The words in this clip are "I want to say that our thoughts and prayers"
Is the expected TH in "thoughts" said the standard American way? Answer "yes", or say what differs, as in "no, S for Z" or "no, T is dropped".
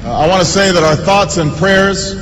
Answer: yes